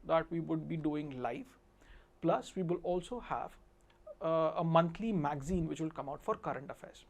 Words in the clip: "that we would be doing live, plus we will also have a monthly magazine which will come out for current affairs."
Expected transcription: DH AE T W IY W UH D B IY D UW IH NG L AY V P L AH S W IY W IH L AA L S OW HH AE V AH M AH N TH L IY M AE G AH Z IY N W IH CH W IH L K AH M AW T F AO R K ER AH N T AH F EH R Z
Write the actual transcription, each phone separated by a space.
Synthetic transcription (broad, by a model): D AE T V IY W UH D B IY D UW IH NG L AY F P L AH S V IY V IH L AA L S OW HH AE V AH M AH N T L IY M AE G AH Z IY N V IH CH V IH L K AH M AW T F AO R K ER AH N T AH F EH R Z